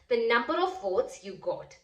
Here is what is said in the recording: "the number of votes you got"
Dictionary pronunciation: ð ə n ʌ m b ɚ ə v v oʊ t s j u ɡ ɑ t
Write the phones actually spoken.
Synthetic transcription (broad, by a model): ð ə n ʌ m b ɚ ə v f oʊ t s j u ɡ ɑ t